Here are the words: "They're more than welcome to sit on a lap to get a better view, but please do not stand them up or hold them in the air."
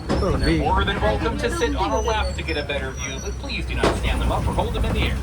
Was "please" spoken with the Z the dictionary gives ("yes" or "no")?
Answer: yes